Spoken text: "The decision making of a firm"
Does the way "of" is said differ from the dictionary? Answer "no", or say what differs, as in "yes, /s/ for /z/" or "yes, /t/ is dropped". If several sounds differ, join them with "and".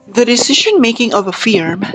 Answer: no